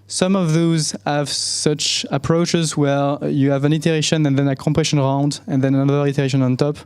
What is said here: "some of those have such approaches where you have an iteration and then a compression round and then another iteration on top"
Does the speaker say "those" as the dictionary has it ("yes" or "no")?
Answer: yes